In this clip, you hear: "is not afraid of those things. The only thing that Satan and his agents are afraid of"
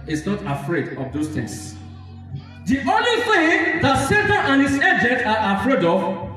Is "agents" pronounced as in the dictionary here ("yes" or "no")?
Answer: no